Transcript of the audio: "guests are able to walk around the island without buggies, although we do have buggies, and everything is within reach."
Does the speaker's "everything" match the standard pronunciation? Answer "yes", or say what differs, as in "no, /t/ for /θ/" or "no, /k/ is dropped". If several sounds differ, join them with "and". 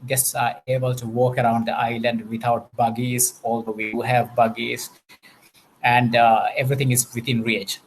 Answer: no, /t/ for /θ/